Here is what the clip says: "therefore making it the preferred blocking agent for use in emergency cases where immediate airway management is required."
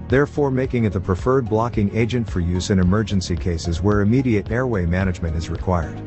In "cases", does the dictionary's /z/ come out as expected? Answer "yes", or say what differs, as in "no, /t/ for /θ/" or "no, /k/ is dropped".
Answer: yes